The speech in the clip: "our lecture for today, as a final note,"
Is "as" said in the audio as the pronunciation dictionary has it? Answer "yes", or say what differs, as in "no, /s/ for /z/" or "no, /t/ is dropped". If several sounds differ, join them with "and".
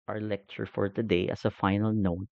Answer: no, /s/ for /z/